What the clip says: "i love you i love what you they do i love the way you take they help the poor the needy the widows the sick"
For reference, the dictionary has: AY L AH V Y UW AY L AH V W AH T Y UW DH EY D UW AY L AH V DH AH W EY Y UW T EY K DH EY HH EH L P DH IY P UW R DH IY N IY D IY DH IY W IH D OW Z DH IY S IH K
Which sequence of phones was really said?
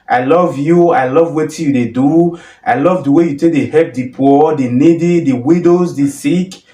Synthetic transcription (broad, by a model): AY L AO V Y UW AY L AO V W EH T Y UW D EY D UW AY L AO V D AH W EY Y UW T EY K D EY HH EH P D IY P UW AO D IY N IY D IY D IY W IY D OW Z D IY S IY K